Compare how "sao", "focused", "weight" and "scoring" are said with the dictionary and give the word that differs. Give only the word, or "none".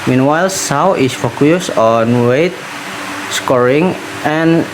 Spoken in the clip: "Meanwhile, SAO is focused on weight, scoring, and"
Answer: focused